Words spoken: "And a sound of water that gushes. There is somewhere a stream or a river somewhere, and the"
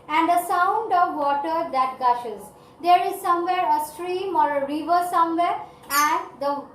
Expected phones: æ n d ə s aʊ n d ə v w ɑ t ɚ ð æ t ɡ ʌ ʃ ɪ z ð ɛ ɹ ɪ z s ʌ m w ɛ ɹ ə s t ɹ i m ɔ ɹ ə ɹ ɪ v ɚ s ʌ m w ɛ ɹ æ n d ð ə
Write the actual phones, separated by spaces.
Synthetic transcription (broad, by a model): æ n d ə s aʊ n d ə v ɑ t ɚ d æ t ɡ ʌ ʃ ɪ z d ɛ ɹ ɪ z s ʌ m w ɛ ɹ ə s t ɹ i m ɔ ɹ ə ɹ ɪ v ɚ s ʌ m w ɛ ɹ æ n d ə